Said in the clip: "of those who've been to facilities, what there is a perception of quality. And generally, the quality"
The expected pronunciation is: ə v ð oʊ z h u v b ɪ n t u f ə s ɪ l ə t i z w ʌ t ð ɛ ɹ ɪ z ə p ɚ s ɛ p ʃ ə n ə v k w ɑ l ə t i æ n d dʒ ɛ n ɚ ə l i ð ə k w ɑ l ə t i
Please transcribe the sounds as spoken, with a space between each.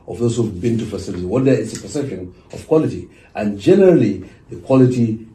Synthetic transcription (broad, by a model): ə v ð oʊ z h u v b ɪ n t u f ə s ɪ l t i w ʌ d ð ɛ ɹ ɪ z ə p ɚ s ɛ p ʃ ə n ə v k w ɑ l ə t i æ n dʒ ɛ n ɚ ə l i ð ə k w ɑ l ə t i